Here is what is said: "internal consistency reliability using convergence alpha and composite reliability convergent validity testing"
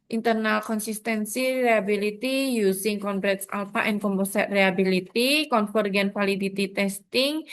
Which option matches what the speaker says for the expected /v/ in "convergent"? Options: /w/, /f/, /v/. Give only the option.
/f/